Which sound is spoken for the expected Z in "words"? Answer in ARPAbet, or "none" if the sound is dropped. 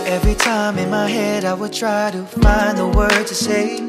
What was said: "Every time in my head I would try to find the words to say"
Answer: none